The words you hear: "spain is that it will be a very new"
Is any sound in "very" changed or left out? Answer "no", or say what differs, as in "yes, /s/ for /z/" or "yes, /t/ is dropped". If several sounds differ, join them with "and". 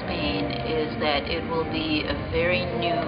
no